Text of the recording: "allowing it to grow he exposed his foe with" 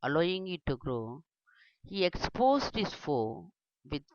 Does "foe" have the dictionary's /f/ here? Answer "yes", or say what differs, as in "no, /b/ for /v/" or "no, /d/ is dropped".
yes